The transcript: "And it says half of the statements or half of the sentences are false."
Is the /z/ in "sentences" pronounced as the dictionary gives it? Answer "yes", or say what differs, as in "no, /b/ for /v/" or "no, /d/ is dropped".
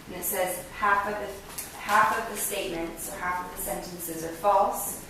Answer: yes